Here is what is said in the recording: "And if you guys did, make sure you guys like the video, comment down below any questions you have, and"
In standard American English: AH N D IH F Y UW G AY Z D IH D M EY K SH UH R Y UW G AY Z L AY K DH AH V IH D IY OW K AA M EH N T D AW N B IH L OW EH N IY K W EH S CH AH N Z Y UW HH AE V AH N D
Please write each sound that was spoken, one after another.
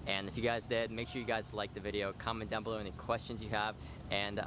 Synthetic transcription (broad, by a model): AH N IH F Y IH G AY Z D IH D M EY K SH UH R Y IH G AY Z L AY K DH AH V IH D IY OW K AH M N D AW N B IH L OW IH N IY K W EH S CH AH N Z Y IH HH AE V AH N